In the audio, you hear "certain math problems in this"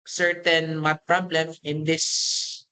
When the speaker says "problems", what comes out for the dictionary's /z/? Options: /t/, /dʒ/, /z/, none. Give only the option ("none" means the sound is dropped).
none